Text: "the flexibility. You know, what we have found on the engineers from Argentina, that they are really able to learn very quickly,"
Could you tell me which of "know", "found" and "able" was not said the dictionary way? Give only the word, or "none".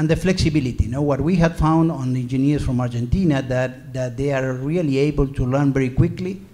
none